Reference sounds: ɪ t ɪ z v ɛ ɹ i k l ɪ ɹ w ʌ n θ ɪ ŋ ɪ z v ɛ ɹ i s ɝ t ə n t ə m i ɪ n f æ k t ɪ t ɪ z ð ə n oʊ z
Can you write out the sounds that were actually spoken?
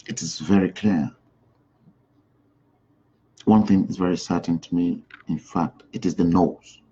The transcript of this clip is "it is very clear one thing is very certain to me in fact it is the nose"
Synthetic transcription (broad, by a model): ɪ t ɪ z v ɛ ɹ i k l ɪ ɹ w ʌ n θ ɪ ŋ ɪ z v ɛ ɹ i s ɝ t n t ə m i ɪ n f æ k t ɪ t ɪ z ð ə n oʊ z